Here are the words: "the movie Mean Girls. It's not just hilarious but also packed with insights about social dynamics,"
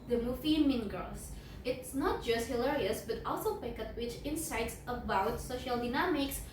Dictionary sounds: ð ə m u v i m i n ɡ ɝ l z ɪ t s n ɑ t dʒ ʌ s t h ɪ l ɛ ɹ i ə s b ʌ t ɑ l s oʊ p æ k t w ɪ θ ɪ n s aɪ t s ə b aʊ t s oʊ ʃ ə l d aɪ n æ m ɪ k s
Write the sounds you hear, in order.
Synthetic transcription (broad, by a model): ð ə m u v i m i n ɡ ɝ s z ɪ t s n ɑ t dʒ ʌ s t h ɪ l ɛ ɹ i ə s b ʌ t ɑ l s oʊ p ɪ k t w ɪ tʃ ɪ n s aɪ t s ə b aʊ t s oʊ ʃ ə l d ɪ n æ m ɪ k s